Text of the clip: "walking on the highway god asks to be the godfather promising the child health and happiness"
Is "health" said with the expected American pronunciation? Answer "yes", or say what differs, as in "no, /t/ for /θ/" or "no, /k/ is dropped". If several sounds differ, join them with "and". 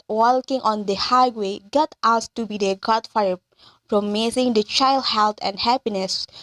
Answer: no, /t/ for /θ/